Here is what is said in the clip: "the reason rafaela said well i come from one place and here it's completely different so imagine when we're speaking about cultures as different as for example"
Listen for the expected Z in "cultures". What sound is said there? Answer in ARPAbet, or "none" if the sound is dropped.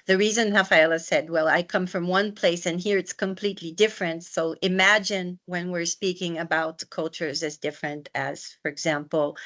Z